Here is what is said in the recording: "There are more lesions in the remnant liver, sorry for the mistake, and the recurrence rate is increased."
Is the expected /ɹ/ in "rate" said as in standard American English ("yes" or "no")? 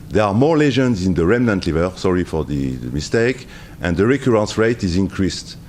yes